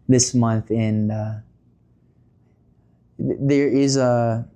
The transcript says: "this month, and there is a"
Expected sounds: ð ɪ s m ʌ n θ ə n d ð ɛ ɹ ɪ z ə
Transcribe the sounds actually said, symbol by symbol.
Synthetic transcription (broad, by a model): ð ɪ s m ʌ n θ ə n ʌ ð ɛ ɹ ɪ z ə